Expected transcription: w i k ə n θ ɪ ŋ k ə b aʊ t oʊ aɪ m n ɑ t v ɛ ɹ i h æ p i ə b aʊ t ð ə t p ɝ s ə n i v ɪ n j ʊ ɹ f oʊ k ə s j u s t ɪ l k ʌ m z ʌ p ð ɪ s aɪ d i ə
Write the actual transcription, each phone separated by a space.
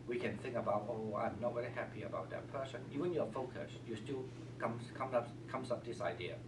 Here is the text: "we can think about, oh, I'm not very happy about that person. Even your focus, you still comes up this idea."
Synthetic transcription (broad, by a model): w i k ə n θ ɪ ŋ k ə b aʊ t oʊ aɪ m n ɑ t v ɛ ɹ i h æ p i ə b aʊ t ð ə t p ɝ s ə n i v ɪ n j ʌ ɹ f oʊ k ə s j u s t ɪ l k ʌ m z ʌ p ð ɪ s aɪ d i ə